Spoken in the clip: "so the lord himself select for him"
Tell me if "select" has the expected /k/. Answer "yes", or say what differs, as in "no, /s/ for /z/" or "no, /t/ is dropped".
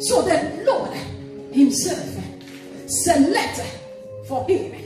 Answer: no, /k/ is dropped